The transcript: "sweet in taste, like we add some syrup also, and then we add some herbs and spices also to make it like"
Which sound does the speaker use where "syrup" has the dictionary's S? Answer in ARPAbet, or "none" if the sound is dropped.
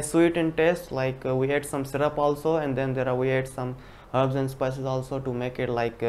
S